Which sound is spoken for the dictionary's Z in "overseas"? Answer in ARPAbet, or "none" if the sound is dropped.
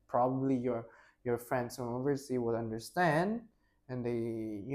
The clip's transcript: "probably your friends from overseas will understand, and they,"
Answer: none